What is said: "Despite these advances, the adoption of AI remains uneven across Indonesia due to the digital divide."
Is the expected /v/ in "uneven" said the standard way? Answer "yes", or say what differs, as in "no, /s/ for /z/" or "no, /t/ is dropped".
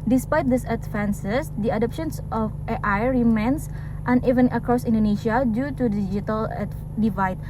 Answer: yes